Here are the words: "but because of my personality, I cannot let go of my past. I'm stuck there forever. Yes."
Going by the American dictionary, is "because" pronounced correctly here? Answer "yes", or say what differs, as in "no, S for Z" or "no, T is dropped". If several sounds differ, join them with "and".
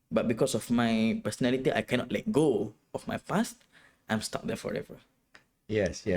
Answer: no, S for Z